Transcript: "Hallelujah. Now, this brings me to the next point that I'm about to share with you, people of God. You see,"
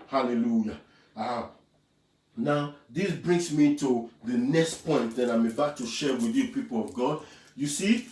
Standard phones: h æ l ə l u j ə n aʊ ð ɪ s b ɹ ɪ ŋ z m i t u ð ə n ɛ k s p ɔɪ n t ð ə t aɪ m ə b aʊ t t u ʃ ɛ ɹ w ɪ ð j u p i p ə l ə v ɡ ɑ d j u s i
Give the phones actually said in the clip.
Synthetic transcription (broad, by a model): h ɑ l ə l u j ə n aʊ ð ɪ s b ɹ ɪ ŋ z m i t u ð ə n ɛ k s p ɔɪ n t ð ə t aɪ m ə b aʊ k t u ʃ ɛ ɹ w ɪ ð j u p i p ə l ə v ɡ ɑ d j u s i